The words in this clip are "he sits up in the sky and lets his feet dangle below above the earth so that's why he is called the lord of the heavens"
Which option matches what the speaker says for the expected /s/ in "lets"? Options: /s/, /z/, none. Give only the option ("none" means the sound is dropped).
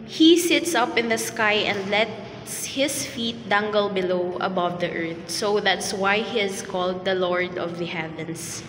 /s/